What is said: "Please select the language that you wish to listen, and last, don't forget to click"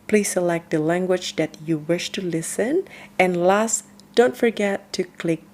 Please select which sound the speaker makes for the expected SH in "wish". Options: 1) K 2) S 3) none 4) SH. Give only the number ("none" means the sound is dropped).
4